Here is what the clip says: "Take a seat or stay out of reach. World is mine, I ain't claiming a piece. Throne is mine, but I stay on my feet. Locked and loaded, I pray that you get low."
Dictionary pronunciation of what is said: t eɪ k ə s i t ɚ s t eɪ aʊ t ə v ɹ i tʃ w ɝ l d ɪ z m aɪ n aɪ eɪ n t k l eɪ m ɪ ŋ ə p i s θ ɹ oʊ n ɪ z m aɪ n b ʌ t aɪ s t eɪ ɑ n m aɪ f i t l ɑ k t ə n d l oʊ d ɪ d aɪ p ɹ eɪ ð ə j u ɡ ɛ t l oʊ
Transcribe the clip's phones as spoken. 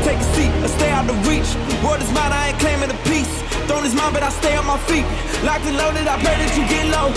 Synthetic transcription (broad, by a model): t eɪ k ə s i t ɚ s t eɪ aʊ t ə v ɹ i tʃ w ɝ d ɪ z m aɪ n aɪ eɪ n k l eɪ m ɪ ə p i s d oʊ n ɪ z m aɪ n b ʌ t aɪ s t eɪ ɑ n m aɪ f i t l ɑ k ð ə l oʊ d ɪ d aɪ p l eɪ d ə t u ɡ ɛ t l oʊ